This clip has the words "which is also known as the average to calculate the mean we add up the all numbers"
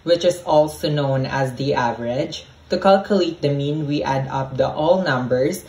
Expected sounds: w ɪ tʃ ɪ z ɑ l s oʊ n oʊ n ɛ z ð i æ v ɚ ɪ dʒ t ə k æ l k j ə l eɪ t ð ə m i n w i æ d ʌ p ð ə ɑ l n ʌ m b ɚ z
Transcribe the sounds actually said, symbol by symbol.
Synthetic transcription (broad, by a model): w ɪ tʃ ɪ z ɑ l s oʊ n oʊ n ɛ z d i æ v ɚ ɪ dʒ t ə k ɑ l k j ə l eɪ t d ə m i n w i æ d ʌ p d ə ɑ l n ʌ m b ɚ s